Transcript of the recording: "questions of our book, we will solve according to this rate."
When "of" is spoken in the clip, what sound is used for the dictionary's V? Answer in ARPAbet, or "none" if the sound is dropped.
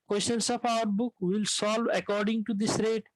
P